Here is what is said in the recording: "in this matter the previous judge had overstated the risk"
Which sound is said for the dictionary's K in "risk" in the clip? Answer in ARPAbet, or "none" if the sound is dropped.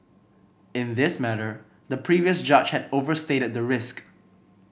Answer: K